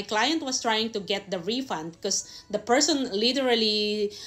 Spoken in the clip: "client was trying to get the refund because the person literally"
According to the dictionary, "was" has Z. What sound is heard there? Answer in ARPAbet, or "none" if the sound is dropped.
S